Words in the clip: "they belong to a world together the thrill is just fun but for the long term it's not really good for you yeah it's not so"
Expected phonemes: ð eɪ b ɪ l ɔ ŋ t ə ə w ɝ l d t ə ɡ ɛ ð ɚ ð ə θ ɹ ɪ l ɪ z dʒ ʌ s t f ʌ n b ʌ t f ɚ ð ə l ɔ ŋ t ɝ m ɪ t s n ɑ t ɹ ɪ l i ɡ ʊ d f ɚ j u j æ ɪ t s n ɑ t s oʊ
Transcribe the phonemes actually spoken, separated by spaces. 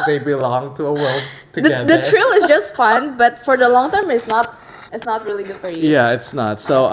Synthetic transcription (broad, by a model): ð eɪ b ɪ l ɔ ŋ t ə ə w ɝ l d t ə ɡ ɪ ɚ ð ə t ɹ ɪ l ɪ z dʒ ʌ s t f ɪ n b ʌ t f ɚ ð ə l ɔ ŋ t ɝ m ɪ t s n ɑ t ɹ ɪ l i ɡ ʊ d f ɚ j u j æ ɪ t s n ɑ t s oʊ